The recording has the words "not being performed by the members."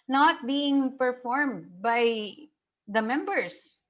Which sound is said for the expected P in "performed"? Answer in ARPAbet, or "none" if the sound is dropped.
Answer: P